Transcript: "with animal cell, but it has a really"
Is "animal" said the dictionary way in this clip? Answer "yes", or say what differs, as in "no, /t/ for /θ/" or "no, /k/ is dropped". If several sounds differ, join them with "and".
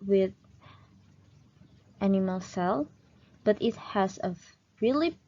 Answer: yes